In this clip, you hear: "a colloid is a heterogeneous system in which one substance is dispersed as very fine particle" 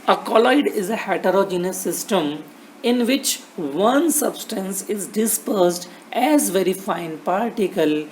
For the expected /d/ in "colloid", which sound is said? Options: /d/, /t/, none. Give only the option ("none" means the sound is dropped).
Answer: /d/